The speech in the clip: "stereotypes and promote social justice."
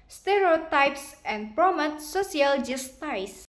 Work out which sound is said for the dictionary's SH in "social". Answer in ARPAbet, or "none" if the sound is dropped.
S